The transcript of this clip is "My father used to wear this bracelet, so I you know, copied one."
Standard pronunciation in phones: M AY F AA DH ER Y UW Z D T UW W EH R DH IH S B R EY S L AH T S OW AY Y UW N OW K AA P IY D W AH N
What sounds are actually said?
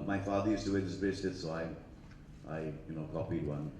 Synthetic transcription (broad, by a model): M AY F AA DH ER Y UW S T UW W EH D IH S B EY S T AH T S OW AY Y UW N OW K AA P IY D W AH N